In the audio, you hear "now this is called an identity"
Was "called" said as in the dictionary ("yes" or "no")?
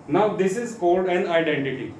yes